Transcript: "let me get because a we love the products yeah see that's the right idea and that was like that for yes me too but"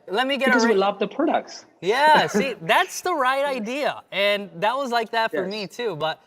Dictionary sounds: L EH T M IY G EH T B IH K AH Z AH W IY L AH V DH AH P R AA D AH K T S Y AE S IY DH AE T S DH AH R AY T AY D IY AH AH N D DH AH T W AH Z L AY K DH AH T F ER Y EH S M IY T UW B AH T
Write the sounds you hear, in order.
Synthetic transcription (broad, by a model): L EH T M IY G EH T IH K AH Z W IY L AH V DH AH P R AA D AH K T S Y AE S IY DH AE T S DH AH R AY T AY D IY AH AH N DH AH T W AH Z L AY K DH AH T F ER M IY T UW B AH T